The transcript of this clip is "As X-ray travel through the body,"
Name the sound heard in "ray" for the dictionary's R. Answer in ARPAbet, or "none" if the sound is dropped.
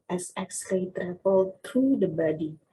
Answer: L